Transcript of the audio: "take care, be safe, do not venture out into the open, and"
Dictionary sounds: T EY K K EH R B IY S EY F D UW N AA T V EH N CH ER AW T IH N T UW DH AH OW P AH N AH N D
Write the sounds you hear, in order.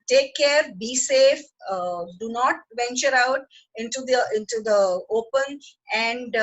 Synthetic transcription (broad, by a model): T EY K K EH R B IY S EY F D UW N AA T V EH N CH ER AW T IH N T UW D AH OW P AH N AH N D